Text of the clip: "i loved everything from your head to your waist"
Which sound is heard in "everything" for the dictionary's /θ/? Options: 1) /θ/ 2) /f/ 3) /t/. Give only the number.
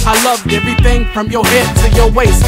1